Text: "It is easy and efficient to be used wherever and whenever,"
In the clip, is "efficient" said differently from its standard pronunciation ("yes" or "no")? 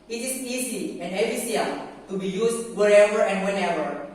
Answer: yes